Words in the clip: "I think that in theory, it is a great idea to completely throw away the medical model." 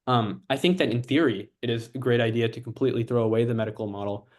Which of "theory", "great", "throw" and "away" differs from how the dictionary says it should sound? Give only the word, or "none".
none